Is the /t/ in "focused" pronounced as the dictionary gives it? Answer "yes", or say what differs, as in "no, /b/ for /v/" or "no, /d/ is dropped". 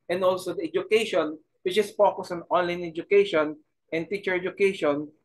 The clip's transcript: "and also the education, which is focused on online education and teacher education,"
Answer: no, /t/ is dropped